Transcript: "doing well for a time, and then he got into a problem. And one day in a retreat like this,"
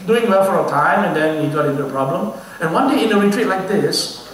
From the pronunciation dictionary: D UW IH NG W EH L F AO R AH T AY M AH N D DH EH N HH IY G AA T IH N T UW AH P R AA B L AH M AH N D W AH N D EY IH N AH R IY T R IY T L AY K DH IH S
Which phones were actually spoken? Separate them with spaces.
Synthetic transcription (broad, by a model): D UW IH NG W EH L F AO R AH T AY M AH N D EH N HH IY G AA T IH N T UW AH P R AA B L AH M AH N W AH N D EY IH N AH R IY T R IY T L AY K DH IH S